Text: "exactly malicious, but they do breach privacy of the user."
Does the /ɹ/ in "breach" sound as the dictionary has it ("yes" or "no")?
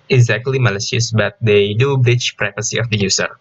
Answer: yes